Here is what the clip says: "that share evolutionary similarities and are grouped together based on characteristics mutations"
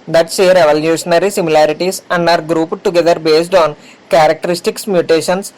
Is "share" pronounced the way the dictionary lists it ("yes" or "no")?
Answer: no